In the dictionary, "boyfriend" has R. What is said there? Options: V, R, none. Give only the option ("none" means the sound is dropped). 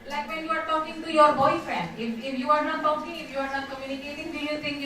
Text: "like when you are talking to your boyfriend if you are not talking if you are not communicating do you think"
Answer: none